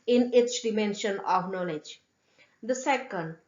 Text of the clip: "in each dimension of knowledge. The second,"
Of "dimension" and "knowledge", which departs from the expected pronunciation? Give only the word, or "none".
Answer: none